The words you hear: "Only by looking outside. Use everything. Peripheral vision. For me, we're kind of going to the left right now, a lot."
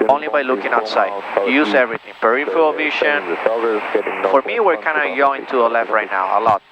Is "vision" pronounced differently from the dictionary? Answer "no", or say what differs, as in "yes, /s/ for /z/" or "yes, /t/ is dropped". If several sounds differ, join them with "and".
yes, /ʃ/ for /ʒ/